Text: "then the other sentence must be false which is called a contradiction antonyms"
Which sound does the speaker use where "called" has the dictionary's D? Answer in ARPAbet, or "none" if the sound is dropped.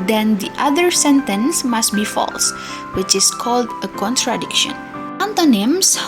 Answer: D